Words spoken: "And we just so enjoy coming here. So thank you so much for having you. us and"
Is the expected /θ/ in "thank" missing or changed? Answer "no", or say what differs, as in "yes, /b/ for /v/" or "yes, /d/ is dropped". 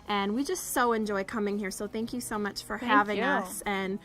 no